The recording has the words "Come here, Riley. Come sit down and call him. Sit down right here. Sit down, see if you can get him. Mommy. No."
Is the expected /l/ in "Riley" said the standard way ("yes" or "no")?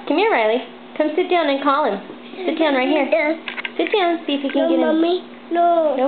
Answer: yes